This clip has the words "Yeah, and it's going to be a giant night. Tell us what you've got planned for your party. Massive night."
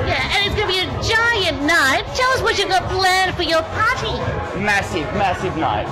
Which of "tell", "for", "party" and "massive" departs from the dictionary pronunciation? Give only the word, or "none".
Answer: party